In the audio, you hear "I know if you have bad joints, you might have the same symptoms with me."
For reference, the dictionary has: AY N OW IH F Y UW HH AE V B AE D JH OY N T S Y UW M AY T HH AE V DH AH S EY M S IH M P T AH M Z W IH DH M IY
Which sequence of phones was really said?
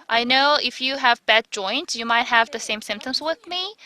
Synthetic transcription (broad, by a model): AY N OW IH F Y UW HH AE V B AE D JH OY N T S Y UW M AY T HH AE V DH AH S EY M S IH M P T AH M Z W IH DH M IY